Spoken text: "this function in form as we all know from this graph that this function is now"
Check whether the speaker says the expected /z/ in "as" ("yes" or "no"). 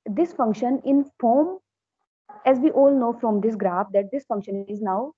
yes